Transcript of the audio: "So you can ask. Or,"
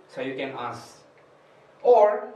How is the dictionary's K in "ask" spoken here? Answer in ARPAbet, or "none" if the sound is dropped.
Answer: none